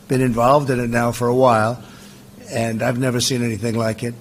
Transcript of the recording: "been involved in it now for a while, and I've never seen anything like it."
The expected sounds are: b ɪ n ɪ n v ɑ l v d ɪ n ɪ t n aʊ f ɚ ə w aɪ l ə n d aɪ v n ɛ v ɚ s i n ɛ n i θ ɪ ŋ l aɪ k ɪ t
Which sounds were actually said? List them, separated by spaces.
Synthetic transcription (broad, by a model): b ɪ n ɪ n v ɑ l v d ɪ n ɪ t n aʊ f ɚ ə w aɪ l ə n aɪ v n ɛ v ɚ s i n ɛ n i θ ɪ ŋ l aɪ k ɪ t